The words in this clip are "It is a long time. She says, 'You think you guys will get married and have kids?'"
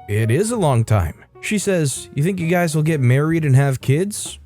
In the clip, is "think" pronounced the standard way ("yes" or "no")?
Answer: yes